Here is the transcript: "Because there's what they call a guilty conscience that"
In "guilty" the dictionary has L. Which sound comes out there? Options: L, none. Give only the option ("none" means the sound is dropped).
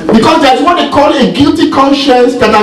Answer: L